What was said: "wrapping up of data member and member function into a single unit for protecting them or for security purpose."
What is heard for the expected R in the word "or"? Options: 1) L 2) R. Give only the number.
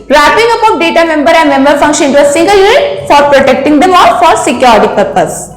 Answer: 1